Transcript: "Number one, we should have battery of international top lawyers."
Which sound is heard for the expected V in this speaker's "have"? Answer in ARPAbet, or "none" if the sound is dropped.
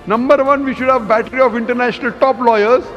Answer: V